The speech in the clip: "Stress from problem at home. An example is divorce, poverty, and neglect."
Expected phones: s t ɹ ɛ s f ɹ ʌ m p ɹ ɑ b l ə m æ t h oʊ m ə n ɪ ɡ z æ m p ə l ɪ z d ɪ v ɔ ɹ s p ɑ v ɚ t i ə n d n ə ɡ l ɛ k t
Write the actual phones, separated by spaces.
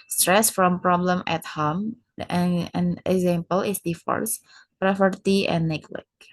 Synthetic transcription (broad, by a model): s t ɹ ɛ s f ɹ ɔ m p ɹ ɑ b l ə m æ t h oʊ m ə n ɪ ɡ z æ m p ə l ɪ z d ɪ f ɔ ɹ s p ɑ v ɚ t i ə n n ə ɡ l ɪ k